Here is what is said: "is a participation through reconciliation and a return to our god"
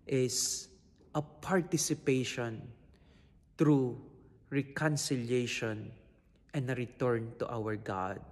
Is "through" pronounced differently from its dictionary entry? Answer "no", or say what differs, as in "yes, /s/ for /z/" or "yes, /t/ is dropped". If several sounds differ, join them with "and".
yes, /t/ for /θ/